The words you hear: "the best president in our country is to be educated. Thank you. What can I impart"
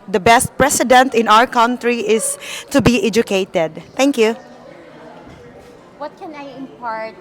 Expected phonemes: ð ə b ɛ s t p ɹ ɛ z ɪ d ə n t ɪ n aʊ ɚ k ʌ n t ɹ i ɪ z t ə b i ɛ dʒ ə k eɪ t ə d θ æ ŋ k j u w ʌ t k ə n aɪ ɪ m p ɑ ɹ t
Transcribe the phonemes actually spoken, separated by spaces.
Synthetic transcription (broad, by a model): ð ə b ɛ s t p ɹ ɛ s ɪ d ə n t ɪ n aʊ ɚ k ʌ n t ɹ i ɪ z t ə b i ɛ dʒ ə k eɪ t ə d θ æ ŋ k j u w ʌ t k ə n aɪ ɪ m p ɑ ɹ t